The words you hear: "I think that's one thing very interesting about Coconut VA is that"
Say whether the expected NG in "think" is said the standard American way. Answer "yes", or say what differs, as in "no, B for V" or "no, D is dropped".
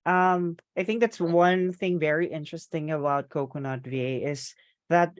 yes